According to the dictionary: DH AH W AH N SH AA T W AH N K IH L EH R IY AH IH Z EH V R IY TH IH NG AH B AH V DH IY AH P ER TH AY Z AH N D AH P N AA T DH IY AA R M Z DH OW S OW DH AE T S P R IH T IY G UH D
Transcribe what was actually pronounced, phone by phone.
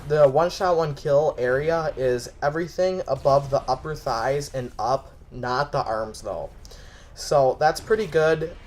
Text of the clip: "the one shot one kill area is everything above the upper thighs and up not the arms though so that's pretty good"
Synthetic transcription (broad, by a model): DH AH W AH N SH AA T W AH N K IH L EH R IY AH IH Z EH V R IY TH IH NG AH B AH V DH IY AH P ER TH AY Z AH N AH P N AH T DH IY AA R M Z DH OW S OW DH AE T S P R IH T IY G UH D